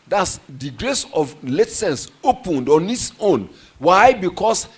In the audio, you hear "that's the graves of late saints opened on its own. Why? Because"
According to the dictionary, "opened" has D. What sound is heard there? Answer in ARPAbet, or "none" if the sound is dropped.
D